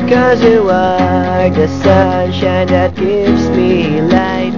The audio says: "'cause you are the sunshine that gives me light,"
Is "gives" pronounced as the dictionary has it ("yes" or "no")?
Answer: yes